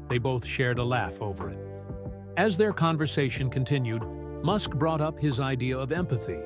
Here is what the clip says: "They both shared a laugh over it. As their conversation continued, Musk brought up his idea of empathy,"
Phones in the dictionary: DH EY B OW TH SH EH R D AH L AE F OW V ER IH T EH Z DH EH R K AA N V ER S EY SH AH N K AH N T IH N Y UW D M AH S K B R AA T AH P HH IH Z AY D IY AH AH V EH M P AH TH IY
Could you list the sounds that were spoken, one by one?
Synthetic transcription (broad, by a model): DH EY B OW TH SH EH R D AH L AE F OW V ER IH T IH Z DH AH R K AA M V ER S EY SH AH N K AH N T IH N Y UW D M AH S K B R AA T AH P HH IH Z AY D IY AH AH V EH M P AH TH IY